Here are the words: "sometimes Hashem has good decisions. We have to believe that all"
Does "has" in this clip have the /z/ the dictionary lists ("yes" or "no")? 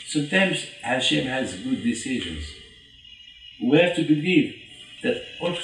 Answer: yes